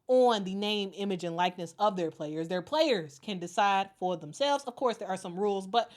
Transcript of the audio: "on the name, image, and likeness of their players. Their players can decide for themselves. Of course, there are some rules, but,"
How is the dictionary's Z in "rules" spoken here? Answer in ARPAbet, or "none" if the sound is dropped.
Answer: Z